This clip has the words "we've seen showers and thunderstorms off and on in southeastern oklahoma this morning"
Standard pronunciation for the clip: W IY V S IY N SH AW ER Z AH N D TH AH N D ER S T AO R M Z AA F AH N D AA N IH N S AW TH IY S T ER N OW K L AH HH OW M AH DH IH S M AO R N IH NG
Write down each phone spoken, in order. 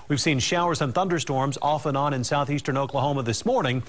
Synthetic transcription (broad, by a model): W IY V S IY N SH AW ER Z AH N TH AH N D ER S T AO R M Z AA F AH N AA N IH N S AW TH IY S T ER N OW K L AH HH OW M AH DH IH S M AO R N IH NG